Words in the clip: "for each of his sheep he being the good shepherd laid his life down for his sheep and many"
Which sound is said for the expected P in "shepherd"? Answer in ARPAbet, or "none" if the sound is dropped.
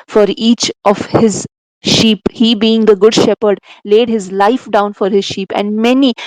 P